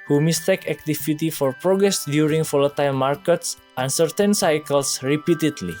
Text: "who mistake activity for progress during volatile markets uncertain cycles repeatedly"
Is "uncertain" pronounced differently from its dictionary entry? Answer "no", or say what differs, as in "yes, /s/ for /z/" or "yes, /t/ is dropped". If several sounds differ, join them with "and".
no